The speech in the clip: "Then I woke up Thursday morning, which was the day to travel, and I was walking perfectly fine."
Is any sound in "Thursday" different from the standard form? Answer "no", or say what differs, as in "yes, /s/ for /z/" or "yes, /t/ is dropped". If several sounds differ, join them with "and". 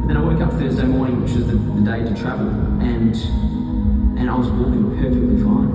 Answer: no